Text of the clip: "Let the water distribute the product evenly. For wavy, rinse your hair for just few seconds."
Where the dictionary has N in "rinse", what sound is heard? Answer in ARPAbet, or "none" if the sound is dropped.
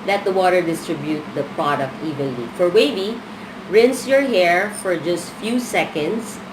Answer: N